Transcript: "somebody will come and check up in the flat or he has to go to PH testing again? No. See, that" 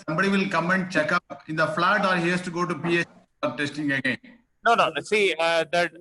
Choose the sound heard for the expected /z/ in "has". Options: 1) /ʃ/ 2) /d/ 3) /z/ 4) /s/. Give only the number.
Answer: 4